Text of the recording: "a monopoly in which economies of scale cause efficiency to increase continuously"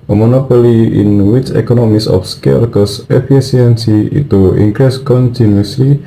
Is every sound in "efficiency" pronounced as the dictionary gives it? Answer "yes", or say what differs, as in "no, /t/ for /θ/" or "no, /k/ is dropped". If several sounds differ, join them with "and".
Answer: no, /s/ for /ʃ/